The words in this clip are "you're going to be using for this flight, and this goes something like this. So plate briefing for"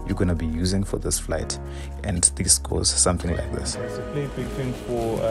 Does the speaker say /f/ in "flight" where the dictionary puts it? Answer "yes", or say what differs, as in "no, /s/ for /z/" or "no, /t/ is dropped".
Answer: yes